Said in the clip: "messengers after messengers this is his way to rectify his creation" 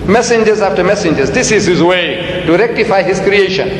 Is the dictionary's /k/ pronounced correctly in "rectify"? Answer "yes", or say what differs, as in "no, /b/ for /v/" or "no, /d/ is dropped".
yes